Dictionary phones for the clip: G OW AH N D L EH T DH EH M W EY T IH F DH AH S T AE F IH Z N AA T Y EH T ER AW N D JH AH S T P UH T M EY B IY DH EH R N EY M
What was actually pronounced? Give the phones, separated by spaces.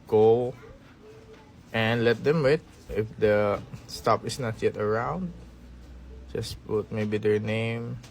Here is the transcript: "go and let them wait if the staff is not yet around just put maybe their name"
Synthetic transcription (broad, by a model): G OW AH N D L EH T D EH M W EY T IH F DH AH S T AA P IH S N AA T Y EH T ER AW N D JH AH S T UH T M EY B IY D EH R N EY M